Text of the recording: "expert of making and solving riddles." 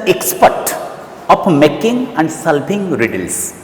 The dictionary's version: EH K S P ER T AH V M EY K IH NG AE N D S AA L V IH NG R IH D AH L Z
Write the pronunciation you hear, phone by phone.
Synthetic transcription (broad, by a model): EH K S P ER T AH P M EY K IH NG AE N D S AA L P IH NG R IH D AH L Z